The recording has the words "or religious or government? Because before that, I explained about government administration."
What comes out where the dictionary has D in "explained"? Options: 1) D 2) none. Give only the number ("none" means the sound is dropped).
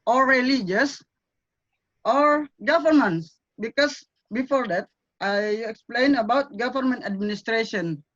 2